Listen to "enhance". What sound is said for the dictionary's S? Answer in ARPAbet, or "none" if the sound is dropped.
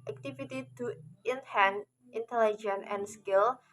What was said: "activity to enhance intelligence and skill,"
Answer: none